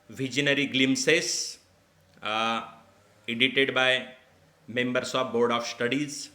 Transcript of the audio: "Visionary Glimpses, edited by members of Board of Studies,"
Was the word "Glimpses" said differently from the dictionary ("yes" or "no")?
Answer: yes